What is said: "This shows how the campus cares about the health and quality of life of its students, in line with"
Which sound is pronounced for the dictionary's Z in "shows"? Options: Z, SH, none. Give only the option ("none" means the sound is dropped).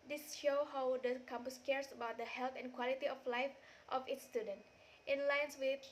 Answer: none